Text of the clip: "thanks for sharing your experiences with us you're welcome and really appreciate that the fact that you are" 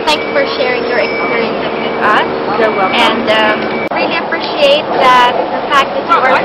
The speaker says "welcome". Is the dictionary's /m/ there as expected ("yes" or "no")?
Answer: no